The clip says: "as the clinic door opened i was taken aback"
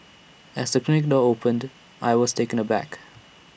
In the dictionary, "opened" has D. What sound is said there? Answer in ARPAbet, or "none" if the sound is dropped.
D